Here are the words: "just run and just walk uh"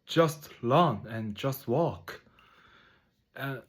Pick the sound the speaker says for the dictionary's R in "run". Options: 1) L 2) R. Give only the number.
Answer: 1